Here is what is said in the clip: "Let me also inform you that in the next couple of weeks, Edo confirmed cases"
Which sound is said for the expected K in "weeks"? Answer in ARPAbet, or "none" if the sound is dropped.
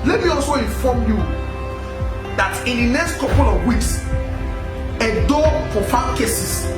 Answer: K